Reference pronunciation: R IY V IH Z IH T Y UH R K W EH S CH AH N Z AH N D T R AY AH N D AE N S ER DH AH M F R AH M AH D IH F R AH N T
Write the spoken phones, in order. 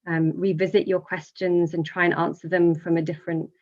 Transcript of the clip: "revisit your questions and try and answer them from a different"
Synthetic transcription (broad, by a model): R IY V IH Z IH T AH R K W EH S CH AH N Z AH N T R AY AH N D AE N S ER DH AH M F R AH M AH D IH F R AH N T